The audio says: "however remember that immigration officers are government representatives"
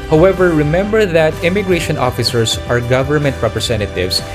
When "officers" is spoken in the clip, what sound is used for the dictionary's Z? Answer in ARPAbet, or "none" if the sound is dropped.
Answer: S